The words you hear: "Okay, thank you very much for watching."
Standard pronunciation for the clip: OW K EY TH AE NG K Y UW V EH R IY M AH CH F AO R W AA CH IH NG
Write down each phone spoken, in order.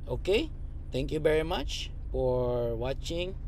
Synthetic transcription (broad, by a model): OW K EY T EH NG K Y UW V EH R IY M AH CH F AO R W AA CH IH NG